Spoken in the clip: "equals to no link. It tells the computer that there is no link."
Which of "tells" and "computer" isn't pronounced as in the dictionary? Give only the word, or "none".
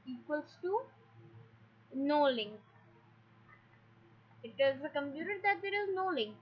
tells